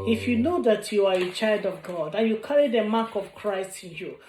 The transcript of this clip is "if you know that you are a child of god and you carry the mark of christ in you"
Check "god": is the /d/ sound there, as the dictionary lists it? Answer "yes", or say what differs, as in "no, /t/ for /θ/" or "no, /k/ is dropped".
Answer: yes